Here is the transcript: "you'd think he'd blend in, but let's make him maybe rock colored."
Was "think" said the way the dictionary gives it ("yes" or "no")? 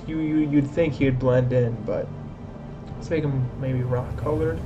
yes